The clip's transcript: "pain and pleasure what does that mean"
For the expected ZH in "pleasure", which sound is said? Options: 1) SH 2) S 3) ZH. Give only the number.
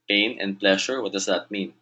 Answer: 1